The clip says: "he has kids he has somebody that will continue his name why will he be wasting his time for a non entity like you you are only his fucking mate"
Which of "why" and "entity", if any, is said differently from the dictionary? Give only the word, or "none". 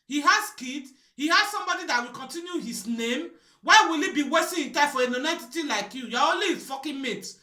entity